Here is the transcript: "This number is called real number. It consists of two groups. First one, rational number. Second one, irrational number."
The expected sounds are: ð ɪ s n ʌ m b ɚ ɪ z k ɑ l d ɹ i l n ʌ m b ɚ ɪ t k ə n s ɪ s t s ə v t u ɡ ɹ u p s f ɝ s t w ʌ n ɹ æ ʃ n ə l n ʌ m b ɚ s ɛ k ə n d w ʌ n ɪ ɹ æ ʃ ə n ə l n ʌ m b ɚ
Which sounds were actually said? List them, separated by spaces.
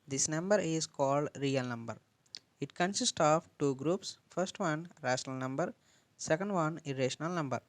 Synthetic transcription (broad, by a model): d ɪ s n ʌ m b ɚ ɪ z k ɑ l d ɹ i l n ʌ m b ɚ ɪ t k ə n s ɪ s t ə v t u ɡ ɹ u p s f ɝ s t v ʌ n ɹ æ ʃ n ə l n ʌ m b ɚ s ɛ k ə n d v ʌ n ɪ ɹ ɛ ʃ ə n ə l n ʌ m b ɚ